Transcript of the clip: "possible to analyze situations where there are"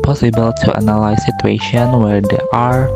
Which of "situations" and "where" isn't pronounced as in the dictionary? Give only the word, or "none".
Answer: situations